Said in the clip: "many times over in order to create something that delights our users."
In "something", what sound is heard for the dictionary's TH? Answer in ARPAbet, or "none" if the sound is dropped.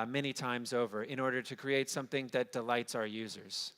TH